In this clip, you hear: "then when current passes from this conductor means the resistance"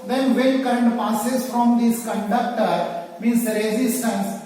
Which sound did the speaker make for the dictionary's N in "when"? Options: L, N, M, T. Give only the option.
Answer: L